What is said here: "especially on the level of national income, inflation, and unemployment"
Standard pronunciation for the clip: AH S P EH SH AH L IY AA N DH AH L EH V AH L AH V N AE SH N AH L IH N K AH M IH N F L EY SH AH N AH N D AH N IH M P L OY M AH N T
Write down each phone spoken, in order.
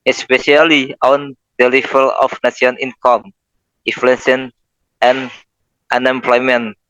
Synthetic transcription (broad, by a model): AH S P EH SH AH L IY AA N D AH L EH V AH L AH F N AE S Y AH N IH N K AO M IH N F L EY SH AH N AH N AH N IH M P L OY M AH N